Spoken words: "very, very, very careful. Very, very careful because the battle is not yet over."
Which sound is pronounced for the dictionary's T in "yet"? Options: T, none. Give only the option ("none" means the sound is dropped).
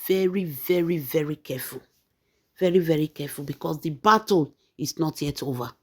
T